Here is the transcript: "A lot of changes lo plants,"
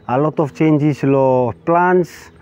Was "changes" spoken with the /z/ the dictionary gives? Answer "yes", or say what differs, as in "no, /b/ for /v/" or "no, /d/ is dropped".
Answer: no, /s/ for /z/